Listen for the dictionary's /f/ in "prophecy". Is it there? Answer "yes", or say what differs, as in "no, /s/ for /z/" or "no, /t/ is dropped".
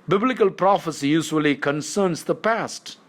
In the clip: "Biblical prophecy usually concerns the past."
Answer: yes